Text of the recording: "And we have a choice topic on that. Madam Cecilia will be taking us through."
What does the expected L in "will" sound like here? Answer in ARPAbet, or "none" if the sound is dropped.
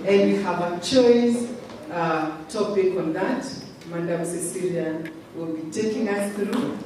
L